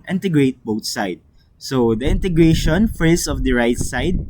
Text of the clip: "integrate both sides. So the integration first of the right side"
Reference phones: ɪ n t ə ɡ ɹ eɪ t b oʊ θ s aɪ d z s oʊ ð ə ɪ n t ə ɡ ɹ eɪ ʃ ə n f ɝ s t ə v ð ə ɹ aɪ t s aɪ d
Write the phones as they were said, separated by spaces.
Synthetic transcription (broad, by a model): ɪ n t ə ɡ ɹ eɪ t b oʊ t s aɪ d s oʊ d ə ɪ n t ə ɡ ɹ eɪ ʃ ə n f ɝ s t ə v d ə ɹ aɪ t s aɪ d